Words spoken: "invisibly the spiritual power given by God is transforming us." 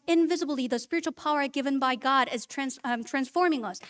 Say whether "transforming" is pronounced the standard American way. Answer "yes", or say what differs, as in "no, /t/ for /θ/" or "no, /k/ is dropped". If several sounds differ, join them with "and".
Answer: yes